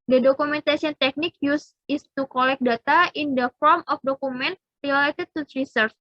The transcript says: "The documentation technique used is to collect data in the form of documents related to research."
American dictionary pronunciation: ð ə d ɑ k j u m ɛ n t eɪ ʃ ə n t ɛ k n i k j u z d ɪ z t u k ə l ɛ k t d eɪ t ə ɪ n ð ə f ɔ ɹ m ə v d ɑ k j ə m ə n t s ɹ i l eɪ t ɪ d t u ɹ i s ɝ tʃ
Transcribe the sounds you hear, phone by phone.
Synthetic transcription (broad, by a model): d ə d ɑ k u m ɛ n t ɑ s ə n t ɛ k n i k j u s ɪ s t u k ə l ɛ k d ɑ t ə ɪ n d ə f ɔ ɹ m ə f d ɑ k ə m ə n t ɹ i l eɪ t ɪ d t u ɹ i s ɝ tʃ